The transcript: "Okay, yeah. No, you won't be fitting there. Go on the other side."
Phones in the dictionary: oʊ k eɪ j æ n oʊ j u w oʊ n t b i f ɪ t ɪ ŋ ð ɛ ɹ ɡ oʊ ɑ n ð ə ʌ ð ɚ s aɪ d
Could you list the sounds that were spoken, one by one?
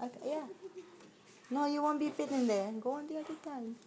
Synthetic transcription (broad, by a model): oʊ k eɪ j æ n oʊ j u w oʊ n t b i p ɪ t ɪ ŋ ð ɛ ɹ ɡ oʊ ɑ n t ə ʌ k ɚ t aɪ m